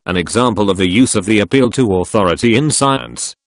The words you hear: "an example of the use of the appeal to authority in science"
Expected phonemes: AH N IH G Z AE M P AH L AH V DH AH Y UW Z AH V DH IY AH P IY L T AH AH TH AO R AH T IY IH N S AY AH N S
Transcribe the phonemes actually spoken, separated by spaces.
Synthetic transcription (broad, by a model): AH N IH G Z AE M P AH L AH V DH AH Y UW Z AH V DH IY AH P IY L T AH AH TH AO R AH T IY IH N S AY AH N S